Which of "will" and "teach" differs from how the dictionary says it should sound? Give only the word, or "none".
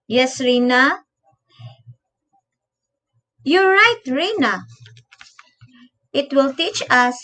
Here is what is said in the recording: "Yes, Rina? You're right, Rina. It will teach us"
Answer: none